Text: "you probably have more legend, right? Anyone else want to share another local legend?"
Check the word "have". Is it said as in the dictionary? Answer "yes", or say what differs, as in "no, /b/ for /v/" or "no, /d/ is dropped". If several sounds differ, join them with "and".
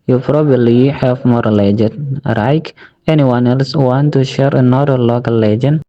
no, /f/ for /v/